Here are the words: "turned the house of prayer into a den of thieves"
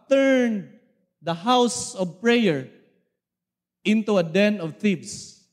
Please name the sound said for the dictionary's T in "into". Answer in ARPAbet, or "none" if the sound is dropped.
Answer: T